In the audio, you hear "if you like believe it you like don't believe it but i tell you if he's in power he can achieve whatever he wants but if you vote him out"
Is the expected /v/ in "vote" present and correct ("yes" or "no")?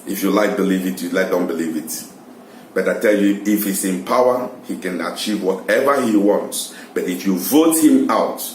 yes